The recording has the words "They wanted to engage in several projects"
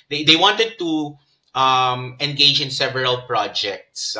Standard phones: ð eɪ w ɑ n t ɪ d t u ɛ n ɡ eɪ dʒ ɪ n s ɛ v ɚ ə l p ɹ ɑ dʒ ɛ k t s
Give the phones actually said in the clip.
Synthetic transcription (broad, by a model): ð eɪ w ɑ n t ɪ d t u ɛ n ɡ eɪ dʒ ɪ n s ɛ v ɚ ə l p ɹ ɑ dʒ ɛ k t s